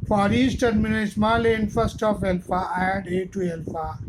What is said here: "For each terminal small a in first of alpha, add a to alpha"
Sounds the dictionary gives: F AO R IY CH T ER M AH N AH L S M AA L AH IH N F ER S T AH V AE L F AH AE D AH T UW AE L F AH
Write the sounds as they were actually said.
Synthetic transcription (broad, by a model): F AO R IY S T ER M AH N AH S M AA L AH IH N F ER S T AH F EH L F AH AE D AH T UW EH L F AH